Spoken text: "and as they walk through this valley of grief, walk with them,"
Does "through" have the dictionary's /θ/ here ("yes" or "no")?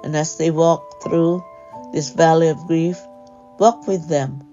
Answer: yes